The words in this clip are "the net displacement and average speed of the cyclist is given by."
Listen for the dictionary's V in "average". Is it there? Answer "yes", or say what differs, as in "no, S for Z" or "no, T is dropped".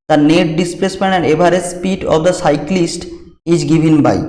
no, B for V